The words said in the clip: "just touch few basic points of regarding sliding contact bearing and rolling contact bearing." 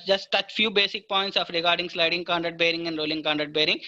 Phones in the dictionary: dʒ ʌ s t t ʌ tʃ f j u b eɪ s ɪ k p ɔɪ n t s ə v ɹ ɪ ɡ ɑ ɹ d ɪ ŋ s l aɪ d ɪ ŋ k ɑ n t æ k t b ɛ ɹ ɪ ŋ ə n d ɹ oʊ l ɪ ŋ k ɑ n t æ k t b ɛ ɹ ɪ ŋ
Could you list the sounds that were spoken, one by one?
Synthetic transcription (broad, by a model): dʒ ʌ s t t ʌ tʃ f j u b eɪ s ɪ k p ɔɪ n t s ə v ɹ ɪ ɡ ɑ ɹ d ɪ ŋ s l aɪ d ɪ ŋ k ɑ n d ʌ t b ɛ ɹ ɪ ŋ ə n d ɹ oʊ l ɪ ŋ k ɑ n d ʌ t b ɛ ɹ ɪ ŋ